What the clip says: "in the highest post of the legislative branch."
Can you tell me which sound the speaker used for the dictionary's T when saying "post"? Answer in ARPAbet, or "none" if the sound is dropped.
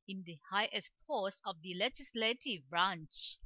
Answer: none